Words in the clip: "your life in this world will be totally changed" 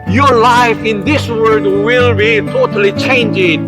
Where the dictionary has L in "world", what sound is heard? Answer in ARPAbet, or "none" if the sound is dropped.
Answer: none